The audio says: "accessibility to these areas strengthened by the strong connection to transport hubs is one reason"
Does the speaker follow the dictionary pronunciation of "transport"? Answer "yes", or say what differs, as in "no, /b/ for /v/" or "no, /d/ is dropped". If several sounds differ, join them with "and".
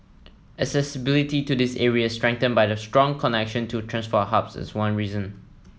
no, /f/ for /p/